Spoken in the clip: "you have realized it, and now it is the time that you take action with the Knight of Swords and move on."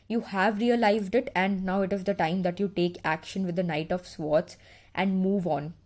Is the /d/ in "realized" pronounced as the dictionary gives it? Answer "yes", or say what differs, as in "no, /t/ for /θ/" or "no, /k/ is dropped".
yes